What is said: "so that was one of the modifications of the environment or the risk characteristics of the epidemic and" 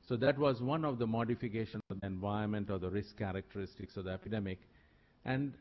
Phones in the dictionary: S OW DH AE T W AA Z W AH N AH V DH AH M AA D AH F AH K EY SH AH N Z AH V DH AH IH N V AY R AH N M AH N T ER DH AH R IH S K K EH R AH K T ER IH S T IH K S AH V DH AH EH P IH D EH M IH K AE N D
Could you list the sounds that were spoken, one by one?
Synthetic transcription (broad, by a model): S OW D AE T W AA Z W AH N AH V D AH M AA D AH F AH K EY SH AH N AH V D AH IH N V AY AH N M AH N T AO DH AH R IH S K K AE R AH K T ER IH S T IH K S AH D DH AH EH P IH D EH M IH K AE N D